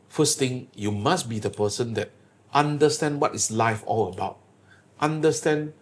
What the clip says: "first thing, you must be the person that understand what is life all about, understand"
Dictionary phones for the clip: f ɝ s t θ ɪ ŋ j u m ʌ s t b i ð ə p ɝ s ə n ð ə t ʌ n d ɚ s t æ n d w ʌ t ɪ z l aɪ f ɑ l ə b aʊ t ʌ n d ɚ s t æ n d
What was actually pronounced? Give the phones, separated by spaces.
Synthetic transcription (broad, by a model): f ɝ s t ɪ ŋ j u m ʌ s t b i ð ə p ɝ s ə n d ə t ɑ n d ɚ s t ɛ n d w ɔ t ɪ s l aɪ f ɑ l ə b aʊ t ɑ n d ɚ s t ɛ n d